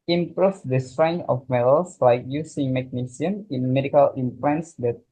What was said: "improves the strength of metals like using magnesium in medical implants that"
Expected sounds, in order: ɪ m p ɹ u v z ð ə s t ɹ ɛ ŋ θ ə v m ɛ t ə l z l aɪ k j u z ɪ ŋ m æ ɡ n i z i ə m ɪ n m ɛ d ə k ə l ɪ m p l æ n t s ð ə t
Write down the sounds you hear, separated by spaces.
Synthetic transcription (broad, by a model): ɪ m p ɹ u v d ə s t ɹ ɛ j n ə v m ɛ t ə l s l aɪ k j u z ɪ ŋ m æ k n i s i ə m ɪ n m ɛ d ə k ə l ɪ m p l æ n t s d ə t